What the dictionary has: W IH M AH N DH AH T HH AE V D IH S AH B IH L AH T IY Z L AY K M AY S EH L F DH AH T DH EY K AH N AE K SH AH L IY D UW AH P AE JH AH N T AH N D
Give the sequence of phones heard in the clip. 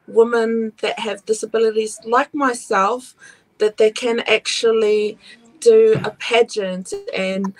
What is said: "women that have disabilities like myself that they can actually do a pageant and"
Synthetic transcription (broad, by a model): W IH M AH N DH AH T HH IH V D IH S AH B IH L AH T IY Z L AY K M AY S EH L F DH AH T DH EY K AH N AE K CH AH L IY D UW AH P AE JH AH N T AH N